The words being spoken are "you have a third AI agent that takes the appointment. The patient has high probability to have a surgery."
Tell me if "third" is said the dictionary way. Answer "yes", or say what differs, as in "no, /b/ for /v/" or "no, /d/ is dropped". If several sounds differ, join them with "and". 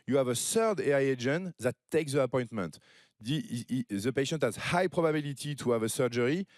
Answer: no, /s/ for /θ/